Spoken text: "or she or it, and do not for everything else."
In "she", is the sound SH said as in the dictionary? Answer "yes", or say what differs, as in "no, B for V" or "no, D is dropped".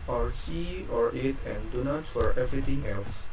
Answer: no, S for SH